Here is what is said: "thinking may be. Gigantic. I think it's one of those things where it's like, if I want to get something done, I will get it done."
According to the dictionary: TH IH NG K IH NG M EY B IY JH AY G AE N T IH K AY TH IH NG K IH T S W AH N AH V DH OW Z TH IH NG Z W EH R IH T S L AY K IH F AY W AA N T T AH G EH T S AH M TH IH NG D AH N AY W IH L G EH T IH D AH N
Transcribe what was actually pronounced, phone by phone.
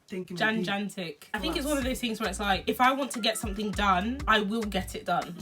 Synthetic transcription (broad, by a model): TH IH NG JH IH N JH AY N T IH K AY TH IH NG K IH T S W AH N AH V DH OW Z TH IH NG Z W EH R IH T S L AY K IH F AY W AA N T T AH G EH T S AH M TH IH NG D AH N AY W IH L G EH T IH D AH N